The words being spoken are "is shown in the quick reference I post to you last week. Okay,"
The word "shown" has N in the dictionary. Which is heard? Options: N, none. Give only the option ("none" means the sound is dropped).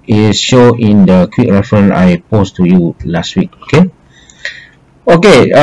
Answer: none